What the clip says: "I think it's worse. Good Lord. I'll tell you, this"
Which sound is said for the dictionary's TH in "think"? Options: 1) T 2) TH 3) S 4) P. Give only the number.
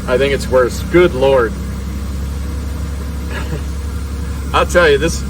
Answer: 2